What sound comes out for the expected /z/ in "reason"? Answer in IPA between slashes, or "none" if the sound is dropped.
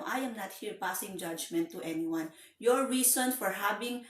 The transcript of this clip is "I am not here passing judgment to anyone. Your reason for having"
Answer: /s/